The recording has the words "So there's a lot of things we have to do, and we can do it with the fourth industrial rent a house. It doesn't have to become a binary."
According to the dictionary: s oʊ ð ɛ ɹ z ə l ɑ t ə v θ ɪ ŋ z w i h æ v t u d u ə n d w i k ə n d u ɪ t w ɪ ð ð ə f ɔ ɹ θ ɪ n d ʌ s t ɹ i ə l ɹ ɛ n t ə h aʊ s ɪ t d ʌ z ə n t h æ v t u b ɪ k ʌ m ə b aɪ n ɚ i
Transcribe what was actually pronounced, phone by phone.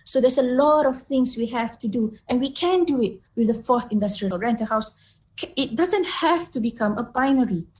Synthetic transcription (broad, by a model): s oʊ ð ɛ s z ə l ɑ t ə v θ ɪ ŋ s w i h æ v t u d u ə n w i k ə n d u ɪ t w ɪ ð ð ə f ɔ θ ɪ n d ʌ s t ɹ i ə l ɹ ɛ n t ə h aʊ s ɪ t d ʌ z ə n t h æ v t u b ɪ k ʌ m ə b aɪ n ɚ i